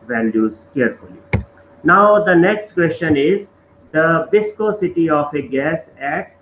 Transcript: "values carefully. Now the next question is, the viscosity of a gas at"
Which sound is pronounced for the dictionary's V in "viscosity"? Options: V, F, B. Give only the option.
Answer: B